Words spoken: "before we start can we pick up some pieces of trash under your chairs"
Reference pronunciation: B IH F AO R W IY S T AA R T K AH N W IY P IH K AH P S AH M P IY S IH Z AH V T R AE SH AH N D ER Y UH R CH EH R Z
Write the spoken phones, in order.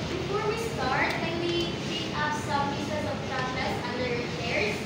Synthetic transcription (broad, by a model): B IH F AO R W IY S T AA R T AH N W IY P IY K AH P S AH M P IY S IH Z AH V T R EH S AH N D ER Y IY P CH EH R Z